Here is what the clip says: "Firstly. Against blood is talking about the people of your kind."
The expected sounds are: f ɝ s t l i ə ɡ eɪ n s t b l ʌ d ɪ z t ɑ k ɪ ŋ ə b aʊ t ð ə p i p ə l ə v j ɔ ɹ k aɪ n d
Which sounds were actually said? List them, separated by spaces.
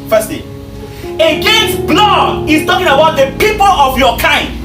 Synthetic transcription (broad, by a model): f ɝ s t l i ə ɡ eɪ n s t b l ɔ ɪ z t ɑ k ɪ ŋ ə b aʊ t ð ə p i p ə l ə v j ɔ k aɪ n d